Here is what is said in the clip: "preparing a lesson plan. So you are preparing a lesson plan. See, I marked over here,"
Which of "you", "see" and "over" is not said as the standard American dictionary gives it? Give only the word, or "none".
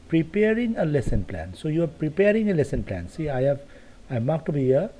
over